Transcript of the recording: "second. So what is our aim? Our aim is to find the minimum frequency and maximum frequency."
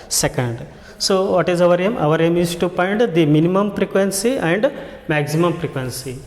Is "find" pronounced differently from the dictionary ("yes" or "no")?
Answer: yes